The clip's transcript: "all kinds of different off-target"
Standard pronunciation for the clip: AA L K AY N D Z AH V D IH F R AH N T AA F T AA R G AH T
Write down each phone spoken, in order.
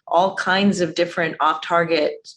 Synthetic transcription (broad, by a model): AA L K AY N D Z AH V D IH F R AH N T AA F T AA R G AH T